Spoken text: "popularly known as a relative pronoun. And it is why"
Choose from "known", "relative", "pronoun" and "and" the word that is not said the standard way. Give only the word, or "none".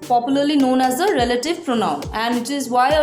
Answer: none